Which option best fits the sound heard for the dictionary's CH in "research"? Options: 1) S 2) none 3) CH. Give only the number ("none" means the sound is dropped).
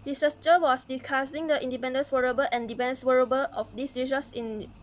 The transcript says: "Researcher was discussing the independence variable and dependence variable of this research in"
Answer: 1